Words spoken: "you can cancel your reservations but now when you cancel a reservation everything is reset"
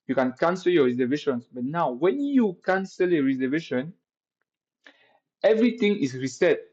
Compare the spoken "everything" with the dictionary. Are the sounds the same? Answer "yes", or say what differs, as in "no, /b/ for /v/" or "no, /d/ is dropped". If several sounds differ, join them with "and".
no, /t/ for /θ/